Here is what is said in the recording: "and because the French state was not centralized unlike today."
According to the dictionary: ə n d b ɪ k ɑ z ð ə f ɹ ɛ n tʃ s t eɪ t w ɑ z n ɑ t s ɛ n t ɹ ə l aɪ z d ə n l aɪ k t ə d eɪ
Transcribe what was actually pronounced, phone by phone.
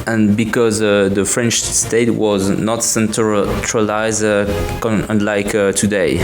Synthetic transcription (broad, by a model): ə n b ɪ k ɑ z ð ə f ɹ ɛ n tʃ s t eɪ t w ɑ z n ɑ t s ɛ n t ɹ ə l aɪ z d ə n l aɪ k t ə d eɪ